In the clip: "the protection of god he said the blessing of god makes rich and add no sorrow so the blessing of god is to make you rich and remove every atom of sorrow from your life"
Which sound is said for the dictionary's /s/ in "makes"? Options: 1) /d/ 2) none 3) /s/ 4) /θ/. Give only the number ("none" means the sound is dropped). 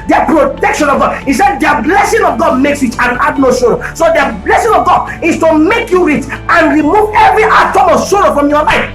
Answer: 3